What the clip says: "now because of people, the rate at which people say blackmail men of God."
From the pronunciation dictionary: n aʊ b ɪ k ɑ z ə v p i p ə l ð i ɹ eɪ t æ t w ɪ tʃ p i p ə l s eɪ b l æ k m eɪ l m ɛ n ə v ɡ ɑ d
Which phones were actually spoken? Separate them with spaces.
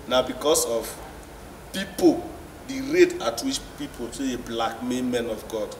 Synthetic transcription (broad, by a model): n aʊ b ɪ k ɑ s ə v p i p ə l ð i ɹ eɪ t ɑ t w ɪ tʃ p i p ə l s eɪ b l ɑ k m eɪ m ɛ n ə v ɡ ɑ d